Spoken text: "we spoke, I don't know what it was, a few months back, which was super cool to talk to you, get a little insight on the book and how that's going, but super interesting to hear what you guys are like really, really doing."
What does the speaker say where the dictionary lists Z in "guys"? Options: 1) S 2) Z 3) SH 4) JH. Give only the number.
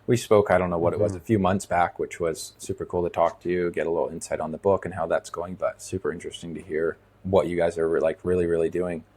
2